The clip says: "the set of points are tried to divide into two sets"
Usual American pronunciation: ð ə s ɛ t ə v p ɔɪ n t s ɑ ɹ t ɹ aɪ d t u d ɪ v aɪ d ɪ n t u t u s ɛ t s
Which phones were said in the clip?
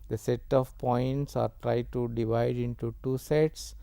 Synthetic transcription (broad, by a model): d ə s ɛ t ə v p ɔɪ n t s ɑ ɹ t ɹ aɪ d t u d ɪ v aɪ d ɪ n t u t u s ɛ t s